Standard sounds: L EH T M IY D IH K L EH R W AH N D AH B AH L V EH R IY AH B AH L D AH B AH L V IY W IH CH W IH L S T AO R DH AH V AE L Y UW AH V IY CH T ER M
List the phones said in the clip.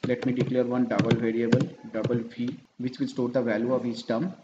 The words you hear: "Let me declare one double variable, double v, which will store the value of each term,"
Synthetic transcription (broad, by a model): L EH T M IY D IH K L EH R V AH N D AH B AH L V EH R IY AH B AH L D AH B AH L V IY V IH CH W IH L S T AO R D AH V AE L Y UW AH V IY S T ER M